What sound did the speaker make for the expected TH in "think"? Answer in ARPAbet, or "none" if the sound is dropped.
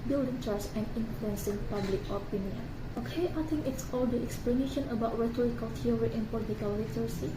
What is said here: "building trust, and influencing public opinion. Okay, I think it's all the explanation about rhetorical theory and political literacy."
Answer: T